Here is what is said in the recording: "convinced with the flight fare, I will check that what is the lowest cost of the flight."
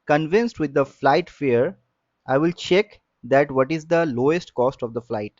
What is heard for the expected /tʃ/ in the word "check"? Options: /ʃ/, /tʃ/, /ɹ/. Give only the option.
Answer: /tʃ/